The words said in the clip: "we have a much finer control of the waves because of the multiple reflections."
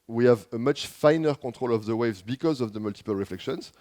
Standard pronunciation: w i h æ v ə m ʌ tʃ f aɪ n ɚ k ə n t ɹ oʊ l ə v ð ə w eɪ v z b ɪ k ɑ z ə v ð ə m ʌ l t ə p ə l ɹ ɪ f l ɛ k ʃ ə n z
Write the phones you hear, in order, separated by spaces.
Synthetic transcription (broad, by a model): w i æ v ə m ʌ tʃ f aɪ n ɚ k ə t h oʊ l ə v ð ə w eɪ v z b ɪ k ɑ z ə v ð ə m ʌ l t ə p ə l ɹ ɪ f l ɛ k ʃ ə n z